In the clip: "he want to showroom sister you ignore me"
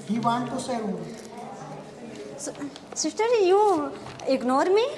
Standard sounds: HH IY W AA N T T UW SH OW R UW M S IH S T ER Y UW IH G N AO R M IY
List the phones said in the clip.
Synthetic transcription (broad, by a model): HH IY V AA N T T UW S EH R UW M S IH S T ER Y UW IH G N AO R M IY